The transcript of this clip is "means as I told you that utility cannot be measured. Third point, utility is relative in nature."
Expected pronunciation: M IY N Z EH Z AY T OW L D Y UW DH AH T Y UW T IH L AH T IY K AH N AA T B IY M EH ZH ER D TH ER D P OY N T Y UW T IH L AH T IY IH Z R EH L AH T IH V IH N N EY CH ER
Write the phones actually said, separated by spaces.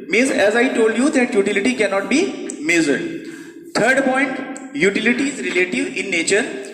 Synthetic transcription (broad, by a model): M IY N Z EH Z AY T OW L D Y UW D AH T Y UW T IH L AH T IY K AH N AA T B IY M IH Z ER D T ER D P OY N T Y UW T IH L AH T IY IH Z R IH L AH T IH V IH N N EY CH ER